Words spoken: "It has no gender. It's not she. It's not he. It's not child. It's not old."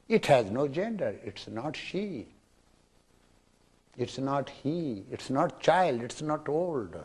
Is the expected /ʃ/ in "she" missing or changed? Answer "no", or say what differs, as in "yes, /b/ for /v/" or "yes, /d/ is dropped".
no